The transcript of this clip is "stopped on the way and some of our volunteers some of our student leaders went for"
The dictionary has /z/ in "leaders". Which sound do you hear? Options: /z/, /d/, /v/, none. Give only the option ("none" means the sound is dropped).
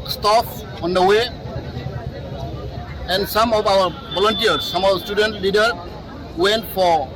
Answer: none